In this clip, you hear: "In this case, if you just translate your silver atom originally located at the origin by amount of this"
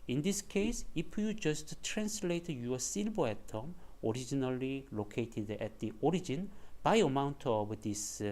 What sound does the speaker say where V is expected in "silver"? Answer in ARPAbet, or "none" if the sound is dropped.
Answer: B